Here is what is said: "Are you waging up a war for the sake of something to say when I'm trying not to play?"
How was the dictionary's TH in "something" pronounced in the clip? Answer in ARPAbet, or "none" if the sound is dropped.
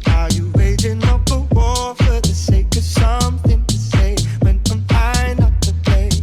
TH